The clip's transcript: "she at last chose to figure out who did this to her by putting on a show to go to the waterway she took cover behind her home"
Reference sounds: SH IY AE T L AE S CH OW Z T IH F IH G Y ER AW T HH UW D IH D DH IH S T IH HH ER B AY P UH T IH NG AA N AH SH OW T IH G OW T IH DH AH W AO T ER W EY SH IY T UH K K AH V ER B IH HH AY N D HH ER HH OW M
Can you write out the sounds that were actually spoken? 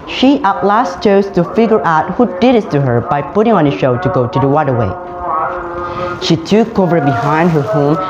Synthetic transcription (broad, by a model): SH IY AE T L AE S CH OW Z T IH F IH G Y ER AW T HH UW D IH D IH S T IH HH ER B AY P UH T IH NG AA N AH SH OW T IH G OW T IH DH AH W AO T ER W EY SH IY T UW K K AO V ER B IH HH AY N D HH ER HH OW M